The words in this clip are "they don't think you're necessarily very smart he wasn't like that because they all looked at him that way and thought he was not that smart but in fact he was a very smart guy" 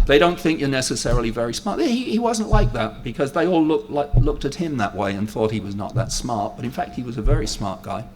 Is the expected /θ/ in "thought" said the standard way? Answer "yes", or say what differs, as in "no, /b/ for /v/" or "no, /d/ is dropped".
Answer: yes